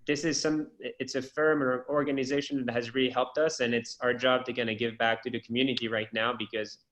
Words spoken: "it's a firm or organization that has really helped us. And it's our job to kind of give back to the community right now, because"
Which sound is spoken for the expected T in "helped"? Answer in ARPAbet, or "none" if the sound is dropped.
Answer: T